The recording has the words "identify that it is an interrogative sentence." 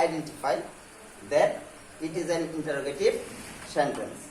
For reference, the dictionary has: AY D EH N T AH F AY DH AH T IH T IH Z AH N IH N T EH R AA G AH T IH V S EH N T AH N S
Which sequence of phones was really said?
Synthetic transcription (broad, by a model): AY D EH N T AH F AY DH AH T IH T IH Z AH N IH N T EH R AA G AH T IH V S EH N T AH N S